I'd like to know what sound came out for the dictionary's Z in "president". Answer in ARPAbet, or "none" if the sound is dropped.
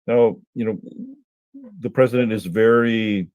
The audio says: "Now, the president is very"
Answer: Z